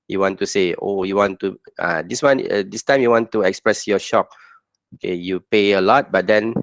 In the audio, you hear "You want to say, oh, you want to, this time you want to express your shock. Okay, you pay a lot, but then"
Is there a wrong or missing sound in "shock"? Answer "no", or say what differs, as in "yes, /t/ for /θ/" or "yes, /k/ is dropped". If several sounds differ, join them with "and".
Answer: no